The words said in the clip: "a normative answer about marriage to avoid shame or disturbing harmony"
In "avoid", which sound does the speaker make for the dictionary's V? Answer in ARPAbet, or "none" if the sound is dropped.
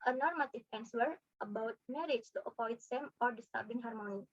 P